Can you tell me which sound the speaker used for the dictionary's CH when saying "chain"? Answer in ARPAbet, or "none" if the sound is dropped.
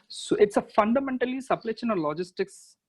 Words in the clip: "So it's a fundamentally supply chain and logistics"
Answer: SH